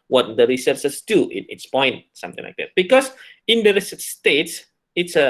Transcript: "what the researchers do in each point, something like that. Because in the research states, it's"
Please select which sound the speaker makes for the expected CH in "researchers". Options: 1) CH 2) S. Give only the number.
2